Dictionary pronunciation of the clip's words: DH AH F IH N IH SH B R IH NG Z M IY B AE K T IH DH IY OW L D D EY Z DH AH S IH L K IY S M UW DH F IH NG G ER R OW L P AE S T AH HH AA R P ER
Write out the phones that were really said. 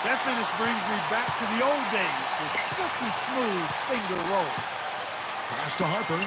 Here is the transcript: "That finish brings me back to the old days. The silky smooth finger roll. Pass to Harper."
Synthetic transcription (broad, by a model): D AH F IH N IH S B R IH NG Z M IY B AE K T IH DH IY OW L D D EY Z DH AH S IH K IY S M UW DH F IH NG G ER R OW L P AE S T AH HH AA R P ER